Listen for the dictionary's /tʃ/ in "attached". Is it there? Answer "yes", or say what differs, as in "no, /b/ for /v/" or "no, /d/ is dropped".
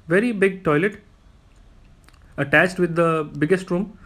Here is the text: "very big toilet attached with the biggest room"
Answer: yes